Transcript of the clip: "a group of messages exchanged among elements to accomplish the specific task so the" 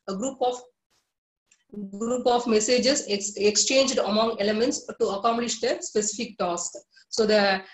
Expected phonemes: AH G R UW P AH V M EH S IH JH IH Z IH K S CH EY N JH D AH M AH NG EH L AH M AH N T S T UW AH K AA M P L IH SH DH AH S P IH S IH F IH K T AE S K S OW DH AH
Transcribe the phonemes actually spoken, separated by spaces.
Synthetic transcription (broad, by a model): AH G R UW P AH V M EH S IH JH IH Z IH K S CH EY N JH D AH M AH NG EH L AH M AH N T S T UW AH K AA M P L IH SH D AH S P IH S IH F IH K T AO S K S OW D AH